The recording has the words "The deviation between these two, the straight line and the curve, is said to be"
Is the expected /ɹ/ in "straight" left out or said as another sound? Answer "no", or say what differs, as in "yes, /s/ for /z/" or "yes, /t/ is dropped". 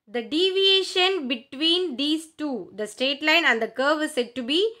yes, /ɹ/ is dropped